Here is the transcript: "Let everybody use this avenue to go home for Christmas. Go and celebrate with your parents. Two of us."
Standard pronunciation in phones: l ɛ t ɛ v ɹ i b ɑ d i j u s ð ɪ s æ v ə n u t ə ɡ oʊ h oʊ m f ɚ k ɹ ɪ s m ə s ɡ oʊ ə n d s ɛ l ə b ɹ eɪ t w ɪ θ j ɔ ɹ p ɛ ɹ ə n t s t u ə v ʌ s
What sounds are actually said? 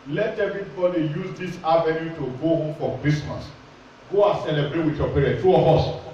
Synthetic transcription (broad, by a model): l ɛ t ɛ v i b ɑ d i j u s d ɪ s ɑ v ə n u t ə ɡ oʊ h oʊ m f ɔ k ɹ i s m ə s ɡ oʊ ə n s ɛ l ə b ɹ eɪ t w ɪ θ j ɔ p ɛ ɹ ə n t t u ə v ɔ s